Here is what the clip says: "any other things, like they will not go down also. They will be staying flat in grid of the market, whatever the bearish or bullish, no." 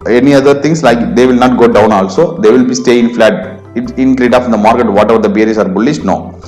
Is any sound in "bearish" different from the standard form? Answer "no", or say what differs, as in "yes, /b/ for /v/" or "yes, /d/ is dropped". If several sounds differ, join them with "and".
yes, /s/ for /ʃ/